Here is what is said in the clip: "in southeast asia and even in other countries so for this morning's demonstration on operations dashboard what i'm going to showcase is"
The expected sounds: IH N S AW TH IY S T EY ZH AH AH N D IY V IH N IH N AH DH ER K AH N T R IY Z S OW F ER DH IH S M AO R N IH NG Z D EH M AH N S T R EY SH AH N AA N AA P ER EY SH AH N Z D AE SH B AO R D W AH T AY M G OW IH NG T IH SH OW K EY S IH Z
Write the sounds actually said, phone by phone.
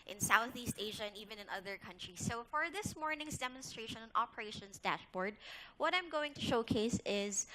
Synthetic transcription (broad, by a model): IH N S AW TH IY S T EY ZH AH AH N IY V IH N IH N AH DH ER K AH N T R IY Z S OW F ER DH IH S M AO R N IH NG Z D EH M AH N S T R EY SH AH N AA N AA P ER EY SH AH N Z D AE SH B AO R D W AH T AY M G OW IH NG T IH SH OW K EY S IH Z